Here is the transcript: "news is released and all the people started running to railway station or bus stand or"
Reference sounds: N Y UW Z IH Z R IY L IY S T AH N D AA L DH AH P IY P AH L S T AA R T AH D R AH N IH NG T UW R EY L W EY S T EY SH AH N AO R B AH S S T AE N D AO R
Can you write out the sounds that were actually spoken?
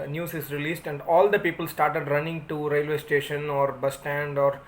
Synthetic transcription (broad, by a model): N Y UW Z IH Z R IY L IY S T AH N D AA L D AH P IY P AH L S T AA R T AH D R AH N IH NG T UW R EY L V EY S T EY SH AH N AO R B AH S S T AE N D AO R